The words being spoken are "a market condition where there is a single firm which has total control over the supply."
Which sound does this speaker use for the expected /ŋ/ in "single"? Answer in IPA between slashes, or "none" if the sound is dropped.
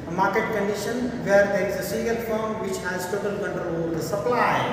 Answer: none